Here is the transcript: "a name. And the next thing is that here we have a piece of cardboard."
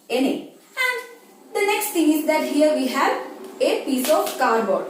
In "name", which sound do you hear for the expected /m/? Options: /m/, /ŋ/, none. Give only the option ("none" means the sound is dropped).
none